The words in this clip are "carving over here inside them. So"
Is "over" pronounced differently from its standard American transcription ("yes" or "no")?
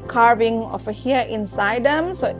yes